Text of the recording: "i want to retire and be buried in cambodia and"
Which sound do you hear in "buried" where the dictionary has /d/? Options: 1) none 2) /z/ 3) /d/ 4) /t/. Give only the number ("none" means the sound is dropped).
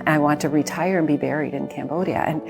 3